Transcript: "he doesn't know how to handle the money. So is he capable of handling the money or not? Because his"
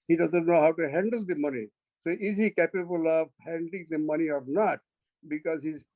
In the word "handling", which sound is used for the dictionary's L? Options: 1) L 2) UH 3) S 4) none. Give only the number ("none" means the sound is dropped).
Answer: 1